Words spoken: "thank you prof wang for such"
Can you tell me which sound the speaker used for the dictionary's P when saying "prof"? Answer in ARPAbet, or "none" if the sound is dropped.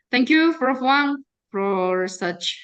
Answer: F